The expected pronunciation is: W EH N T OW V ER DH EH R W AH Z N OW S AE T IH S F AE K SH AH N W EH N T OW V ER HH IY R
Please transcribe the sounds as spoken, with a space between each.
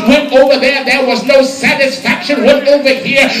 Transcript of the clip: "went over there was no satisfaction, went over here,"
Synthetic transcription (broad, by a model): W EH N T OW V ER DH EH R W AH Z N OW S AE T IH S F AE K SH AH N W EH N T OW V ER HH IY R